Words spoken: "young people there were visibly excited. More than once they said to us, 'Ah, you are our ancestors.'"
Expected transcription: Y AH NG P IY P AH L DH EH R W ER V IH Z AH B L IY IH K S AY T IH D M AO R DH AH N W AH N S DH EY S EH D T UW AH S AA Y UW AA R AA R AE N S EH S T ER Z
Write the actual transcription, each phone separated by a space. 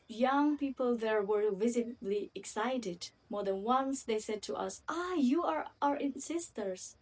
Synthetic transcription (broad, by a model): Y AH NG P IY P AH L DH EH R W ER V IH Z AH B L IY IH K S AY T IH D M AO R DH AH N W AH N S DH EY S EH D T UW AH S AA Y UW AA R AA R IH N S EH S T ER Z